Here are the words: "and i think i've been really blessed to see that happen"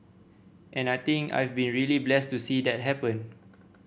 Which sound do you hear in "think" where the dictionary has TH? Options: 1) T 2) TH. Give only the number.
1